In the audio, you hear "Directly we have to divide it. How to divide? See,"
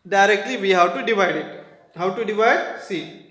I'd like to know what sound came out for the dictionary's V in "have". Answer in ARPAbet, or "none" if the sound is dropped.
W